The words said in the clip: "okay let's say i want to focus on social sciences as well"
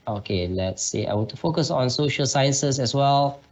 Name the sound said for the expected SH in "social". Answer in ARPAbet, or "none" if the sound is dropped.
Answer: SH